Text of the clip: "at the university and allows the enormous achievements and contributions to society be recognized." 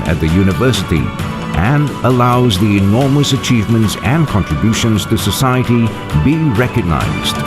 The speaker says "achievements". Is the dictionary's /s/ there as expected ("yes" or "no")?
yes